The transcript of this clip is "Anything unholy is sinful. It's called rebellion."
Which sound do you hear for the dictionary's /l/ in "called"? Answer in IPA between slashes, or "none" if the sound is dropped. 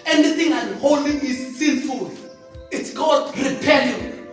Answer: none